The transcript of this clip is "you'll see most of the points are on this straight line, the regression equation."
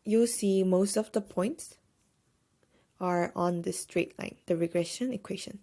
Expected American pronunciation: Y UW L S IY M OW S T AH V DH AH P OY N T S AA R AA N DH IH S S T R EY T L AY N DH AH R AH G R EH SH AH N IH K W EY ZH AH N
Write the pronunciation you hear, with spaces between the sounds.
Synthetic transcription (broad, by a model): Y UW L S IY M OW S T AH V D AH P OY N T S AA R AA N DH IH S S T R EY T L AY N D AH R AH G R EH SH AH N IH K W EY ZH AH N